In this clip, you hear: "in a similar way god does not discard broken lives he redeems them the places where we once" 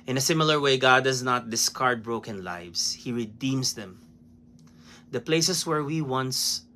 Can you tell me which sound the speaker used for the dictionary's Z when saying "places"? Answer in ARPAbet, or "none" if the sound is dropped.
S